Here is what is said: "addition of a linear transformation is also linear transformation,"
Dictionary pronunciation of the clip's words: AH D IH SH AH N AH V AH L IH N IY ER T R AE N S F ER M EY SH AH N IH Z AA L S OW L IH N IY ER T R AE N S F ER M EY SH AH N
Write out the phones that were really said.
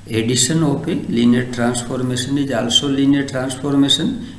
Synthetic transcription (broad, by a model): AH D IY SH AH N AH P AH L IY N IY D T R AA N S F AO M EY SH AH N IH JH AA L S OW L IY N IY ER T R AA N S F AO M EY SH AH N